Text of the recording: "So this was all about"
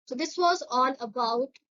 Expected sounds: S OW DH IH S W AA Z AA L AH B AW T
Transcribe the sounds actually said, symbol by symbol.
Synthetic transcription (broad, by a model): S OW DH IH S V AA Z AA N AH B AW T